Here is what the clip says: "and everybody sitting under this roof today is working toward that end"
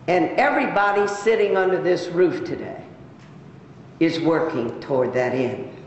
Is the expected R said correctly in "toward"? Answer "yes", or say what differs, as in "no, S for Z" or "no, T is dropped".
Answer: yes